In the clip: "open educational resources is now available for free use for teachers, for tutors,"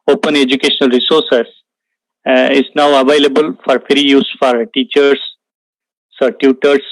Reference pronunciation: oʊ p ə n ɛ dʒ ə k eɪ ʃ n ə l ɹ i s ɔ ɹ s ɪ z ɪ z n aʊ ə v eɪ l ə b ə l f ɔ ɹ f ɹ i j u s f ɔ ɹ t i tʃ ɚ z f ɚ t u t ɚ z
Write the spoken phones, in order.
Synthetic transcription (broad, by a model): oʊ p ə n ɛ dʒ ə k eɪ ʃ n ə l ɹ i s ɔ ɹ s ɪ s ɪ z n aʊ ə v eɪ l ə b ə l f ɔ ɹ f ɹ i j u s f ɔ ɹ t i tʃ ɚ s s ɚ t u t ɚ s